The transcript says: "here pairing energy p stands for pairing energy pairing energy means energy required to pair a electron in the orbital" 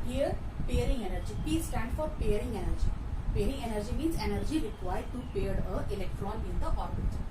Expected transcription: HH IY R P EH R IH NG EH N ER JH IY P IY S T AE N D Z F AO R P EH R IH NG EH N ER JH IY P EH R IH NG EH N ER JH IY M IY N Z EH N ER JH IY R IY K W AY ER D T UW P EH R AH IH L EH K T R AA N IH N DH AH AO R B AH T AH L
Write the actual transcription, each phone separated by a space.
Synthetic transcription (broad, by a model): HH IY R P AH R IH NG EH N ER JH IY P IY S T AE N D F AO R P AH R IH NG EH N ER JH IY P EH R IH NG EH N ER JH IY M IY N Z EH N ER JH IY R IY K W AY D T UW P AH R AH IH L EH K T R AA N IH N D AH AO R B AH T